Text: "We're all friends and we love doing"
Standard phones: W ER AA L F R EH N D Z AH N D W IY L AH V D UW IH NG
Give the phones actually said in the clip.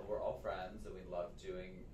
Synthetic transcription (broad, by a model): W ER AA L F R EH N D Z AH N W IY L AH V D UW IH NG